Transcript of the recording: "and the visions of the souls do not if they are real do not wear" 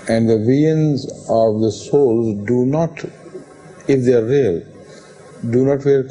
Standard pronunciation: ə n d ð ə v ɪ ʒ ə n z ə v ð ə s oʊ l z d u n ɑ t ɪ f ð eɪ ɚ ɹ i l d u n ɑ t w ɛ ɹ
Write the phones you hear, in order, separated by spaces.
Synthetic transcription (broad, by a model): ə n d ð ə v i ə n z ə v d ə s oʊ l z d u n ɑ t ɪ f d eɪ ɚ ɹ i l d u n ɑ t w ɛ ɹ